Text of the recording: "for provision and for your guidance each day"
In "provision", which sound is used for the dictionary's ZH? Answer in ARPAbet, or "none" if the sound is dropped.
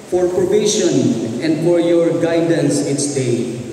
SH